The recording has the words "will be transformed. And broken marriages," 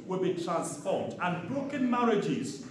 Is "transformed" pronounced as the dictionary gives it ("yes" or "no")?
no